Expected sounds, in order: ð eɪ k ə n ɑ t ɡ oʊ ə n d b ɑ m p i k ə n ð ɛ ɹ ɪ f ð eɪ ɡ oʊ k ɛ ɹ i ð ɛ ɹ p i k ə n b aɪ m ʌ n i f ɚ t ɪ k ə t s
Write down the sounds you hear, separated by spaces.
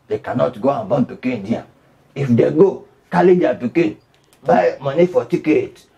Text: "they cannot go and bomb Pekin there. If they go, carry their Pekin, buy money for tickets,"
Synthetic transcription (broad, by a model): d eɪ k ə n ɑ t ɡ oʊ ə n b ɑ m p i k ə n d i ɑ ɪ f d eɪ ɡ oʊ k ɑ l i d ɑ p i k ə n b aɪ m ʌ n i f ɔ t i k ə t